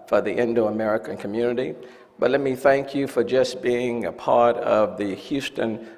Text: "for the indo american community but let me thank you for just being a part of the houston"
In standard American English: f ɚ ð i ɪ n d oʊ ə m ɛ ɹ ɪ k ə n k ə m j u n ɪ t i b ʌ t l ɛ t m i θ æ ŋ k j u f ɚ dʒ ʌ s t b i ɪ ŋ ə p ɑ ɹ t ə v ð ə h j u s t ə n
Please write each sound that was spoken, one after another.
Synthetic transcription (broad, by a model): f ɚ ð i ɪ n d oʊ ə m ɛ ɹ ɪ k ə n k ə m j u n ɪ t i b ʌ t l ɛ t m i θ æ ŋ k j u f ɚ dʒ ʌ s b i ɪ ŋ ə p ɑ ɹ t ə v ð ə h j u s t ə n